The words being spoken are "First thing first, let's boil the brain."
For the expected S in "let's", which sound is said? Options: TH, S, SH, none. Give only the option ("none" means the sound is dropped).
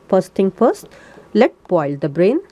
none